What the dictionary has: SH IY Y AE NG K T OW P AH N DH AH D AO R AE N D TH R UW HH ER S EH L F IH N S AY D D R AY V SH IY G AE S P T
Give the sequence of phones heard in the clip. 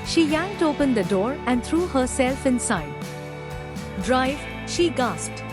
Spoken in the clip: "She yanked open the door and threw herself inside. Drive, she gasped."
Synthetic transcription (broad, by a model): SH IY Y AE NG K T OW P AH N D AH D AO R AE N D T R UW HH ER S EH L F IH N S AY D D R AY V SH IY G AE S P T